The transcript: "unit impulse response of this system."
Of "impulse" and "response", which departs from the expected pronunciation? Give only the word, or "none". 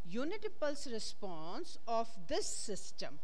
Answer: impulse